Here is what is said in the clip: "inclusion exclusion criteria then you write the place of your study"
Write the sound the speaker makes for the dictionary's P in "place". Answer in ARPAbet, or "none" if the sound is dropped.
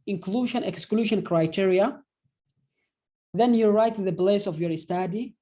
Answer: B